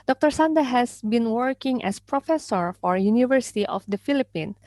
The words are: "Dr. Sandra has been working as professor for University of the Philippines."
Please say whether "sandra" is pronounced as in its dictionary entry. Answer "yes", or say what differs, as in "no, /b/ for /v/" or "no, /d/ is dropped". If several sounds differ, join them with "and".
no, /ɹ/ is dropped